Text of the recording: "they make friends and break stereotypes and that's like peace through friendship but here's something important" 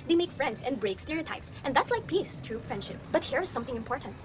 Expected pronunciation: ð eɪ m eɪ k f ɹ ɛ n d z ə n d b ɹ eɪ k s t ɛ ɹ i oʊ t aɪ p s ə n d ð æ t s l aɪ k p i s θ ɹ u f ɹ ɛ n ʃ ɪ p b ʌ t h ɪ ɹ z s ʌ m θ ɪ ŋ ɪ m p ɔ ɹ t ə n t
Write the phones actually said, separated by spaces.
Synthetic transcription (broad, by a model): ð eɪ m eɪ k f ɹ ɛ n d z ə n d b ɹ eɪ k s t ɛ ɹ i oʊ t aɪ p s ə n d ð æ t s l aɪ k p i s t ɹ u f ɛ n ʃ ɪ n b ʌ t h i ɹ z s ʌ m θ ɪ ŋ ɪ m p ɔ ɹ t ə n t